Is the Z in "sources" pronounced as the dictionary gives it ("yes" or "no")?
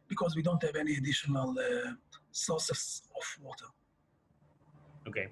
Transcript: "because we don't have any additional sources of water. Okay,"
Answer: no